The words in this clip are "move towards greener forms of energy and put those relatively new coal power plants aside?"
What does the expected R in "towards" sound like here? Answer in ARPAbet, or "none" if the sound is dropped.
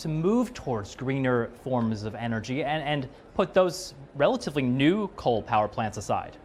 R